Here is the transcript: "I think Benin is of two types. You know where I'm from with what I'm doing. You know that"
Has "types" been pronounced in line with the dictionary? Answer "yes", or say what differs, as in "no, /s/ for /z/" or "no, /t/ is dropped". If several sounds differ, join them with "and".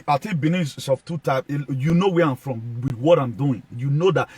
no, /s/ is dropped